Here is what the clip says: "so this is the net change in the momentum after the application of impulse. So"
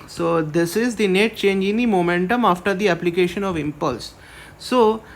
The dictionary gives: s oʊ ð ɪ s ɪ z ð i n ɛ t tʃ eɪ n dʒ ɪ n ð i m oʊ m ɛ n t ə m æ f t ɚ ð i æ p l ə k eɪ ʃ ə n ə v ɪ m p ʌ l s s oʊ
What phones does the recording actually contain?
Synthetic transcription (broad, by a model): s oʊ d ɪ s ɪ z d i n ɛ t tʃ eɪ n dʒ ɪ n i m oʊ m ɛ n t ə m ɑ f t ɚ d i æ p l ə k eɪ ʃ ə n ə v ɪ m p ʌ l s s oʊ